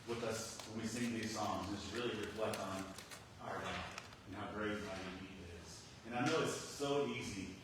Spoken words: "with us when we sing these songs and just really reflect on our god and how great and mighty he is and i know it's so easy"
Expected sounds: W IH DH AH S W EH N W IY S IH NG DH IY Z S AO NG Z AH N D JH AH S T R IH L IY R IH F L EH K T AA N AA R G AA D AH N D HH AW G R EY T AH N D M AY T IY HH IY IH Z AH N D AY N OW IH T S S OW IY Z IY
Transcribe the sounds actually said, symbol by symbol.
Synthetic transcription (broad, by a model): W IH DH AH S W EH N W IY S IH NG DH IY Z S AO NG Z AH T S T R IH L IY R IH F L EH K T N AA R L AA AH N HH AW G R EY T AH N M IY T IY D IH Z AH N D AY N OW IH T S S OW IY Z IY